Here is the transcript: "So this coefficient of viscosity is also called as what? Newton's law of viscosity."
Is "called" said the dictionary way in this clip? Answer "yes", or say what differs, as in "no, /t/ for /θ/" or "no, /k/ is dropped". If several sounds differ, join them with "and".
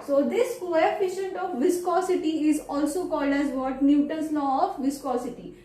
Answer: yes